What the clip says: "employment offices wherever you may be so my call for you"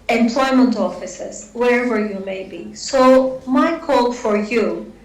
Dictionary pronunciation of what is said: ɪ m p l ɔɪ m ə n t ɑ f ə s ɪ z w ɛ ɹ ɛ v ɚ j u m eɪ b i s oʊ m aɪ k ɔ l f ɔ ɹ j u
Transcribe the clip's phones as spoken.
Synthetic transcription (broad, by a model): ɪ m p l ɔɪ m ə n t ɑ f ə s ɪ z w ɛ ɹ ɛ v ɚ j u m eɪ b i s oʊ m aɪ k ɔ l f ɔ ɹ j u